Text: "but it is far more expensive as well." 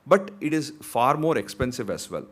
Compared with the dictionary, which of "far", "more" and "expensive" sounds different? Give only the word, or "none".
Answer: none